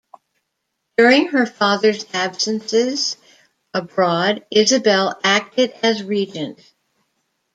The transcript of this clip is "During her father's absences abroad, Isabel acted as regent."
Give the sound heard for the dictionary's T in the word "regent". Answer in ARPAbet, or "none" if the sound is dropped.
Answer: T